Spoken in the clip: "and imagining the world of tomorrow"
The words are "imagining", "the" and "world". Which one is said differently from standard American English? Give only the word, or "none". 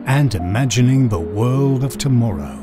none